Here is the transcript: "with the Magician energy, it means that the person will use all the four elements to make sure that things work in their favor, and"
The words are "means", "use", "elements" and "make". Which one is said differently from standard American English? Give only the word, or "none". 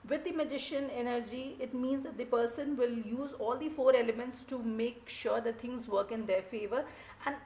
none